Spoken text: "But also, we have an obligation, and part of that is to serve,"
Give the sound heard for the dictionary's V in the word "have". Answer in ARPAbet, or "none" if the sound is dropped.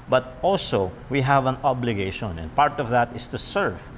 V